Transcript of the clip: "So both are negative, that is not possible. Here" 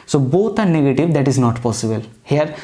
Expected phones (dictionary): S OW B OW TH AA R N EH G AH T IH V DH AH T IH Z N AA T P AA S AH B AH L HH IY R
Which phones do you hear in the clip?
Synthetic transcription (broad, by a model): S OW B OW T AA R N EH G AH T IH V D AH T IH Z N AA T P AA S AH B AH L HH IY R